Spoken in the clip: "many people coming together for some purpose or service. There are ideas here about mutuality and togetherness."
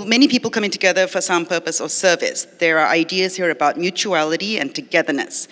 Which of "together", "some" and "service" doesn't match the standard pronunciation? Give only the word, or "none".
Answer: none